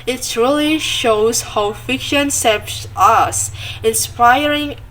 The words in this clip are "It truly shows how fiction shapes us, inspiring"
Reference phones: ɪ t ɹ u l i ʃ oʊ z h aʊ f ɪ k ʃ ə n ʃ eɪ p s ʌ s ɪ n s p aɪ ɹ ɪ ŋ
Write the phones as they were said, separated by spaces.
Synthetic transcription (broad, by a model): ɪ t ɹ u l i ʃ oʊ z h aʊ f ɪ k ʃ ə n s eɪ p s ʌ s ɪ n s p aɪ ɹ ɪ ŋ